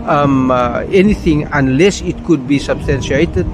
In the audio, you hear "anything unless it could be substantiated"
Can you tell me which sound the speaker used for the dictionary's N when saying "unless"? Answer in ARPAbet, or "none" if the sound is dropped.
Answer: N